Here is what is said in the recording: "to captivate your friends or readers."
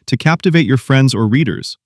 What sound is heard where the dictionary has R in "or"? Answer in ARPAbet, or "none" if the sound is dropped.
R